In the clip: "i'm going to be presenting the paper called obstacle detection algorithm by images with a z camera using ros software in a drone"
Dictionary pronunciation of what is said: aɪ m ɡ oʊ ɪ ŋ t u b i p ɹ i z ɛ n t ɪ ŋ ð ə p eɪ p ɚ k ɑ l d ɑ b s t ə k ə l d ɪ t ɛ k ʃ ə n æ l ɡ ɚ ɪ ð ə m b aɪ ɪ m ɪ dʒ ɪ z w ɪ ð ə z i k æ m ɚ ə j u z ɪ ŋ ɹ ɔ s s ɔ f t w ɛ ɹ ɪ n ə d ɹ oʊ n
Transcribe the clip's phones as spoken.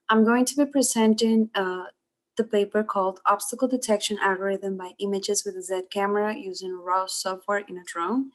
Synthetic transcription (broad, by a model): aɪ m ɡ oʊ ɪ ŋ t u b i p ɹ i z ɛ n t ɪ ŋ ð ə p eɪ p ɚ k ɑ l d ɑ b s t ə k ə l d ɪ t ɛ k ʃ ə n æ l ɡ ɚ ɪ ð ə m b aɪ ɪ m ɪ dʒ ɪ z w ɪ ð ə z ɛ k æ m ɚ ə j u z ɪ ŋ ɹ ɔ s s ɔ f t w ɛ ɹ ɪ n ə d ɹ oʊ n